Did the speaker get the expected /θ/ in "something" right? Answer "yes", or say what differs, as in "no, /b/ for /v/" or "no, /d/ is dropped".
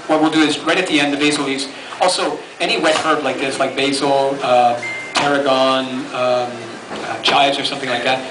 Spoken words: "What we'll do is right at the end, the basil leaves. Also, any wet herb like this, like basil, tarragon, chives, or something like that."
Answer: yes